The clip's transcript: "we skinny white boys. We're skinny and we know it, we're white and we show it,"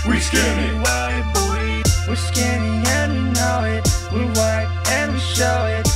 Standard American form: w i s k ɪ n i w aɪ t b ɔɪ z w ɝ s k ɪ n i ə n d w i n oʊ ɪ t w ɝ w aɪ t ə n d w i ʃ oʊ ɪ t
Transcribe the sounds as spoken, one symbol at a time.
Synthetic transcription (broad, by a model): w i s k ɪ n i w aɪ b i w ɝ s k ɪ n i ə n w i n oʊ ɪ t w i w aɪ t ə n w i ʃ oʊ ɪ t